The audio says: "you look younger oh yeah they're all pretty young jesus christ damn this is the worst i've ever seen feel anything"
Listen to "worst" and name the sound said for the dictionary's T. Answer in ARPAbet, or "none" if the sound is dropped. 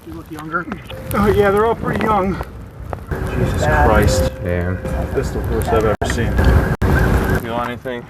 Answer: none